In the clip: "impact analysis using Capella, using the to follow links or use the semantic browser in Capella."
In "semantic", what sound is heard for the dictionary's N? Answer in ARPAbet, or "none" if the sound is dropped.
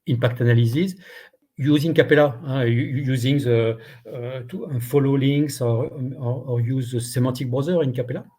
none